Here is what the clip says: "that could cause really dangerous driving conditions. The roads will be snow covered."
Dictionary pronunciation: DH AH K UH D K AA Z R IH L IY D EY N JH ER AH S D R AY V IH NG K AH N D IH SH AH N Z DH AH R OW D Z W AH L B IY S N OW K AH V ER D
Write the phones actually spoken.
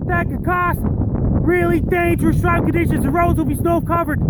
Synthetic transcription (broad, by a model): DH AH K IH K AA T R IH L IY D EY N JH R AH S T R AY IH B K AH N D IH SH AH N Z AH R OW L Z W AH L B IY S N OW K AH V ER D